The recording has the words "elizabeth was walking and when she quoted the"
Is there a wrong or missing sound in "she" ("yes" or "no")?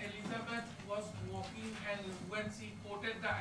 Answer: yes